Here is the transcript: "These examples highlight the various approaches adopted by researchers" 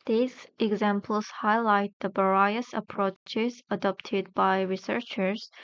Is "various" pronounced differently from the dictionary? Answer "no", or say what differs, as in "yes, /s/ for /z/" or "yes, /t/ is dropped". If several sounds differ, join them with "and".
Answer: yes, /b/ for /v/